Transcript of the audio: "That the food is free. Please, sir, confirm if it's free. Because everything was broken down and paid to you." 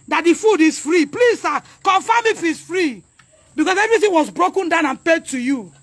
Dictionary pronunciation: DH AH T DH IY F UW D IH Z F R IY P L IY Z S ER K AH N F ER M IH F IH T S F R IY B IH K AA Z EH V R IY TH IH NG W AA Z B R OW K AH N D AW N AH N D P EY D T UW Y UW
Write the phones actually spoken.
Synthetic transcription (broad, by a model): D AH T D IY F UW D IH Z F R IY P L IY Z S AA K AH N F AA M IH F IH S F R IY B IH K AA S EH V R IY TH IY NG W AA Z B R OW K AH N D AW N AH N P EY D T UW Y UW